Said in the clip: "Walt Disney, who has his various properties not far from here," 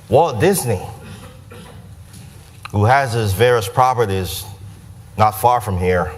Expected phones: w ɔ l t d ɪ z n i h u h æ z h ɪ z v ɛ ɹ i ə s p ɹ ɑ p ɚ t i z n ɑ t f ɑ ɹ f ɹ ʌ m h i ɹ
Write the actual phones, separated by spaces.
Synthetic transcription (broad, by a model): w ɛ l d ɪ z n i h u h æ z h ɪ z v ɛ ɹ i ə s p ɹ ɑ p ɚ t i z n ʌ t f ɑ ɹ f ɹ ʌ m h i ɹ